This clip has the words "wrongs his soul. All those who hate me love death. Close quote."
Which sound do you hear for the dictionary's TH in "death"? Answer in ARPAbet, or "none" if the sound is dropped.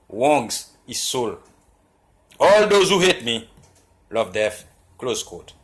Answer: F